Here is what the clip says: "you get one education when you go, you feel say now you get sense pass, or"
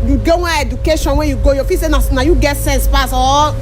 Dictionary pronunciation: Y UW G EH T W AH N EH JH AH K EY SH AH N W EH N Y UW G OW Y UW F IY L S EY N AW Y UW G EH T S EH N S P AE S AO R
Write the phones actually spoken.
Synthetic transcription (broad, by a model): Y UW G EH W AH EH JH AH K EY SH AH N W EH N Y UW G OW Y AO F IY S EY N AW Y UW G EH T S EH N S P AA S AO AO